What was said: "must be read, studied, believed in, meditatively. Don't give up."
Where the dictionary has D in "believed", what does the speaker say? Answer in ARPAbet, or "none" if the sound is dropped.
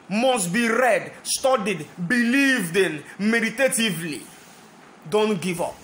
D